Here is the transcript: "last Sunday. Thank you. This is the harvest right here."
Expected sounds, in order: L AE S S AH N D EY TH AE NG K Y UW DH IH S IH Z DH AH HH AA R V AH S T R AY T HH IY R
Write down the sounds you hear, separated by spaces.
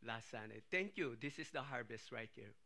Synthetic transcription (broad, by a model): L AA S S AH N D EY T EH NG K Y UW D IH S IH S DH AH HH AA R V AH S T R AY T HH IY R